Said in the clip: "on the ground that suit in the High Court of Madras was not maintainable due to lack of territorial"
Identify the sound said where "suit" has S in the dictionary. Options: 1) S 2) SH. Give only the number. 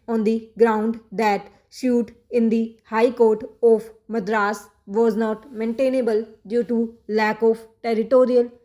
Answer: 2